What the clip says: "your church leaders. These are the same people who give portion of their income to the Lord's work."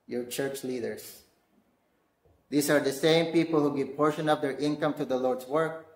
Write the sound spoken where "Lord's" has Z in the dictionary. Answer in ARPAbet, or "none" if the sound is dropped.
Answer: S